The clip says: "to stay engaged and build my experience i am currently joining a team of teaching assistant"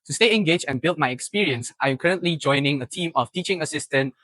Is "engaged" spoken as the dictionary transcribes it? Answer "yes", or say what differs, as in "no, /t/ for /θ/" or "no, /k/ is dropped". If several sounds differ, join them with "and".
no, /d/ is dropped